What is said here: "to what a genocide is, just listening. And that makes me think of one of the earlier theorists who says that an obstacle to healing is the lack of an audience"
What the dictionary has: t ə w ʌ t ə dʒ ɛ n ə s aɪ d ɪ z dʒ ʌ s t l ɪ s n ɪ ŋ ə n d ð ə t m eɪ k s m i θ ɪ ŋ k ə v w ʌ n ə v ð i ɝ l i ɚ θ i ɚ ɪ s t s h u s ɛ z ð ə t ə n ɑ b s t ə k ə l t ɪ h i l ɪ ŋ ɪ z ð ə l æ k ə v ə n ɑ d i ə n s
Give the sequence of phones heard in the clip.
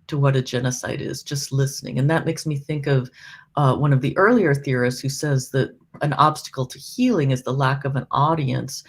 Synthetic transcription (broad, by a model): t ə w ʌ t ə dʒ ɛ n ə s aɪ d ɪ z dʒ ʌ s t l ɪ s n ɪ ŋ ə n ð ə t m eɪ k s m i θ ɪ ŋ k ə v w ʌ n ə v ð i ɝ l i ɚ θ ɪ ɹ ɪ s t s h u s ɛ z ð ə t ə n ɑ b s t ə k l t ɪ h i l ɪ ŋ ɪ z ð ə l æ k ə v ə n ɑ d i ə n s